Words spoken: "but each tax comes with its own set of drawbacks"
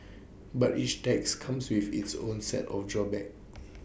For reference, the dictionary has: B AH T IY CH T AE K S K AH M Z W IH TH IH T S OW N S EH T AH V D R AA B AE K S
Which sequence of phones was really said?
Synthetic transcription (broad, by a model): B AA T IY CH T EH K S K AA M S W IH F IH T S OW N S EH T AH F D R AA B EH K